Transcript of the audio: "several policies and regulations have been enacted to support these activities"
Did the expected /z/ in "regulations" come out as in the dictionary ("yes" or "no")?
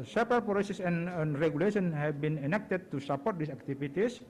no